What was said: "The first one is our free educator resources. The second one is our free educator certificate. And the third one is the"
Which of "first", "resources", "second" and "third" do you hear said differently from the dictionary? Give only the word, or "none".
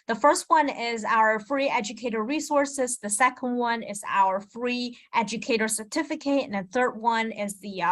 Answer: none